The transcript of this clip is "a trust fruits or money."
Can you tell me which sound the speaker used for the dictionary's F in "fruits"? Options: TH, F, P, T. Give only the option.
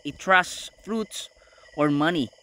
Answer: F